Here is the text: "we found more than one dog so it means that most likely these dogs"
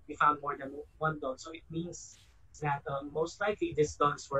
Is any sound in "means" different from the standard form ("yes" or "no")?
yes